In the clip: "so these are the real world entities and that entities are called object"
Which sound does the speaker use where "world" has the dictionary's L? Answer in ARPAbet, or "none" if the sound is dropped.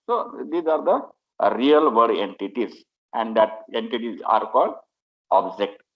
none